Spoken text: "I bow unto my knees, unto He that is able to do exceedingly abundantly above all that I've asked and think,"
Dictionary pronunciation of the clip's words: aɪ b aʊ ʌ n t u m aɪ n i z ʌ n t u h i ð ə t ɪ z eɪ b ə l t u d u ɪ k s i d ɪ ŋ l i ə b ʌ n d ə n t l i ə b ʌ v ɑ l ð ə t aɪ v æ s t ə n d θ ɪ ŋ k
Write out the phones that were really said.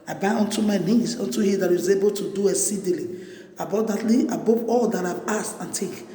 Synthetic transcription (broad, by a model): aɪ b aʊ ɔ n t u m aɪ n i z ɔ n t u h i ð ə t ɪ z eɪ b ə l t u d u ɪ s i d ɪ l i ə b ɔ d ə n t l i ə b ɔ p ɑ l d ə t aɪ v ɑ s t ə n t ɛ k